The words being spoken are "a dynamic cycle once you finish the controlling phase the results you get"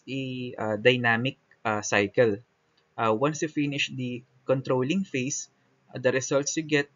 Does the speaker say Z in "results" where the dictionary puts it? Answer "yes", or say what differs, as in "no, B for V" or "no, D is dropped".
no, S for Z